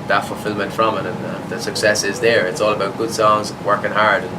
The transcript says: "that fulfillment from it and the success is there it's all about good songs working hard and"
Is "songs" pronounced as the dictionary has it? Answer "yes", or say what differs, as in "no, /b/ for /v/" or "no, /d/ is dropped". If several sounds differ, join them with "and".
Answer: yes